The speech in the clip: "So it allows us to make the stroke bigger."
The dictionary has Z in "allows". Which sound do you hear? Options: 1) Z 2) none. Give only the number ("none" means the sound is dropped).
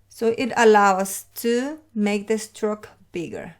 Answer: 2